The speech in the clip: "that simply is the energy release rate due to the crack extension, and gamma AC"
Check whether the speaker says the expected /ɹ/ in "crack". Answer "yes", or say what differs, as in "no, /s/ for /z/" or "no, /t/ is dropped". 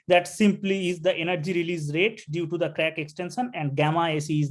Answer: yes